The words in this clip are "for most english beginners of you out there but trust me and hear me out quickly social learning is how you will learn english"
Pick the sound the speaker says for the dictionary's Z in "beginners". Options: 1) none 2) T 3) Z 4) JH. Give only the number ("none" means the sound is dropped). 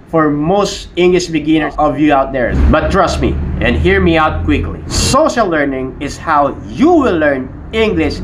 1